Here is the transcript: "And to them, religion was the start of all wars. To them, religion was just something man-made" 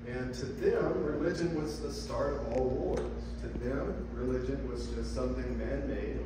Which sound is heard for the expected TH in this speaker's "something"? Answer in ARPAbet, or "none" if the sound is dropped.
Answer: TH